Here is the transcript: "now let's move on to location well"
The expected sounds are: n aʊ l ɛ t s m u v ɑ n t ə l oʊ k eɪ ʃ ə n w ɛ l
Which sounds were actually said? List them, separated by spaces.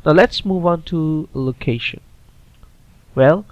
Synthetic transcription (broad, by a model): n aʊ l ɛ t s m u v ɑ n t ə l oʊ k eɪ ʃ ə n w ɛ l